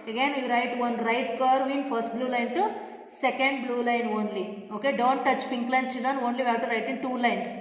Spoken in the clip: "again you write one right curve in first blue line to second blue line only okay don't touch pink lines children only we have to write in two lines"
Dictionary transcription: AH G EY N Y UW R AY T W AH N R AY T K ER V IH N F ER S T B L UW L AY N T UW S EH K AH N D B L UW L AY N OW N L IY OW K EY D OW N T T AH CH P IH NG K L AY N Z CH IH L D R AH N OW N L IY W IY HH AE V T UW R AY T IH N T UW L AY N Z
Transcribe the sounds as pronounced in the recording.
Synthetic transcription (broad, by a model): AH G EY N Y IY R AY T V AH N R AY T K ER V IH N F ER S T B L UW L AY N T UW S EH K AH N D B L UW L AY N OW N L IY OW K EY D OW N T T AH CH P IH NG K L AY N S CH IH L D AH N OW N L IY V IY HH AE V T UW R AY T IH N T UW L AY N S